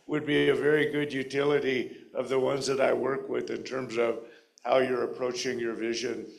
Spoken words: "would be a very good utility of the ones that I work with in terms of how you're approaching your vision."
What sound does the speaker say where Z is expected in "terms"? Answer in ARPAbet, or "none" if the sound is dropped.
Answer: Z